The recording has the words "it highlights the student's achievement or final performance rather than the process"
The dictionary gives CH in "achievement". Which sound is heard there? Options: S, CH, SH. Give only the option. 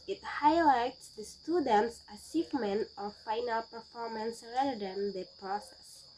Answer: S